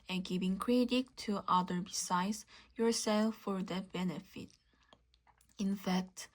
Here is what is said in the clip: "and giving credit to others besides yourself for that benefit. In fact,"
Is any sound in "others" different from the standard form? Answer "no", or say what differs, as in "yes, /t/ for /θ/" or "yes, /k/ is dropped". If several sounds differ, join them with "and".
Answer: yes, /z/ is dropped